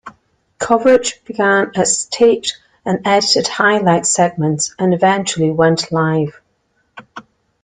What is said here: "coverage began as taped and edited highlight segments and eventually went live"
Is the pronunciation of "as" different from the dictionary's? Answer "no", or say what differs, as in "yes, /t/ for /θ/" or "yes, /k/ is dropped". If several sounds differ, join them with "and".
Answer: yes, /s/ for /z/